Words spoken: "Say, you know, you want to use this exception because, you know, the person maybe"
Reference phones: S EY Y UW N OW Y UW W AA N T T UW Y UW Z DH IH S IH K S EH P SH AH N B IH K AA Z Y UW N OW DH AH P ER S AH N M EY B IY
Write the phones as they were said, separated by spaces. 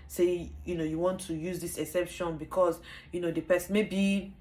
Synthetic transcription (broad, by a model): S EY Y UW N OW Y UW W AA N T T UW Y UW Z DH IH S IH S EH P SH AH N B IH K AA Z Y UW N OW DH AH P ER S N M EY B IY